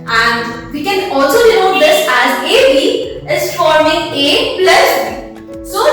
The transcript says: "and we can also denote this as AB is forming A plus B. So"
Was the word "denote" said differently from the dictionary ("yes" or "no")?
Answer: yes